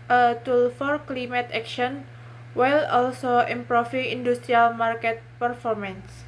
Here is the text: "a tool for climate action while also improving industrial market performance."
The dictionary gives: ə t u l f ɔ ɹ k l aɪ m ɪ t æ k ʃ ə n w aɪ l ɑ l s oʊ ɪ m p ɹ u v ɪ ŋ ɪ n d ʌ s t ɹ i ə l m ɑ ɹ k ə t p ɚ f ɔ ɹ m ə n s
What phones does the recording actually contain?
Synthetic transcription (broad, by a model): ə t u l f ɔ ɹ k l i m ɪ t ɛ k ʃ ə n w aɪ l ɑ l s oʊ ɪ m p ɹ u f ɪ ŋ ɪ n d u s t ɹ i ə l m ɑ ɹ k ə t p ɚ f ɔ ɹ m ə n s